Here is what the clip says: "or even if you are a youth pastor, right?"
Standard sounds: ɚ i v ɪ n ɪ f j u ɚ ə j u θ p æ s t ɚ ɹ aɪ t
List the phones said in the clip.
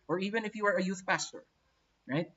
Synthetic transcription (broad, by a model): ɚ i v ɪ n ɪ f j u ɚ ə j u θ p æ s t ɚ ɹ aɪ t